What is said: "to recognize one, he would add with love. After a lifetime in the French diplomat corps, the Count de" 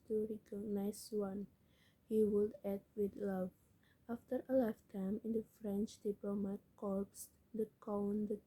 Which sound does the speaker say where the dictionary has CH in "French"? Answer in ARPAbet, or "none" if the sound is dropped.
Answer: CH